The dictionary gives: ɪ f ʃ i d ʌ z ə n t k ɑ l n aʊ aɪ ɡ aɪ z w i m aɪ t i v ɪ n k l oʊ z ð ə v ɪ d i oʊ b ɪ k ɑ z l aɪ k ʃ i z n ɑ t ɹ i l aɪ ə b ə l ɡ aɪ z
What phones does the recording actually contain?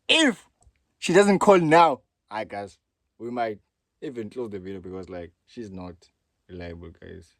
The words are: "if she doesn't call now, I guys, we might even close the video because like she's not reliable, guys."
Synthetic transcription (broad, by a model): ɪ f ʃ i d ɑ z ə n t k ɑ l n aʊ aɪ ɡ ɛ s w i m aɪ t i v ɪ n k l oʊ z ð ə v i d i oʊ b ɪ k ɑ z l aɪ k ʃ i z n ɑ t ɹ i l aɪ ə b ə l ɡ aɪ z